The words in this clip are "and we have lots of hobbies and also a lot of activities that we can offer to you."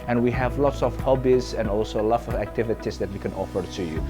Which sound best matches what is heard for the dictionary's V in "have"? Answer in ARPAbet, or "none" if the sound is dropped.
V